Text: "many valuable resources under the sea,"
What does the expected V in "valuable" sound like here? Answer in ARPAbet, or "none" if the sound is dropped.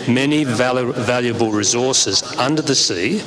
V